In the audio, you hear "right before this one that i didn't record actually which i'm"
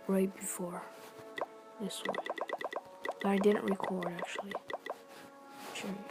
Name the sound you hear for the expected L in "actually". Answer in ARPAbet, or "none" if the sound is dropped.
none